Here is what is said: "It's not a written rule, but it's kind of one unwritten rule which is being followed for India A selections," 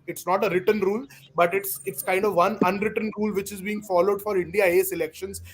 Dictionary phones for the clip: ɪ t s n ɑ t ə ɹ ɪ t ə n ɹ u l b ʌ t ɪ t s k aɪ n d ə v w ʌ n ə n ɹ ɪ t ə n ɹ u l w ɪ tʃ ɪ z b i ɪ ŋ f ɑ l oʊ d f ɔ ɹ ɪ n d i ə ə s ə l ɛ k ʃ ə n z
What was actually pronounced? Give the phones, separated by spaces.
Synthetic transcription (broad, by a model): ɪ t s n ɑ t ə ɹ ɪ t ə n ɹ u l b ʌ t ɪ t s k aɪ n d ə v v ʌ n ə n ɹ ɪ t ə n ɹ u l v ɪ tʃ ɪ z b i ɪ ŋ f ɑ l oʊ d f ɔ ɹ ɪ n d i ə ə s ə l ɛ k ʃ ə n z